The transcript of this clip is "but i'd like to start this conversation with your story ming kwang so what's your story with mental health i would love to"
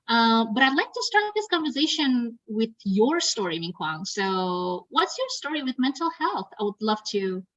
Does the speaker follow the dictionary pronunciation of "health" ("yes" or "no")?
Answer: yes